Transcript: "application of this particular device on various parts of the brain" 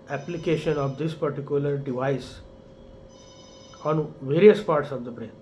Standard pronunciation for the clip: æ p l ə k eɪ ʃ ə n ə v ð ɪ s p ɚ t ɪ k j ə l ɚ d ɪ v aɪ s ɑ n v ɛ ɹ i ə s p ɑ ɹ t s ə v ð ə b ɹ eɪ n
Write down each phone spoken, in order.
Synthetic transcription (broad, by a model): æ p l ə k eɪ ʃ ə n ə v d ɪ s p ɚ t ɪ k j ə l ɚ d ɪ v aɪ s ɑ n v ɛ ɹ i ə s p ɑ ɹ t s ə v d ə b ɹ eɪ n